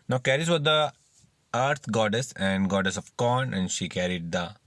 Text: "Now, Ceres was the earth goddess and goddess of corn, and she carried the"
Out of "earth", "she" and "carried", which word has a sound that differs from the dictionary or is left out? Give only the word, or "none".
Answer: earth